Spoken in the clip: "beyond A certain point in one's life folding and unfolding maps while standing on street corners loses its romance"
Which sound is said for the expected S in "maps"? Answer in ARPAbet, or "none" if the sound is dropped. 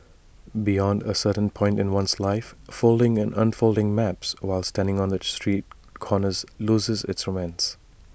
S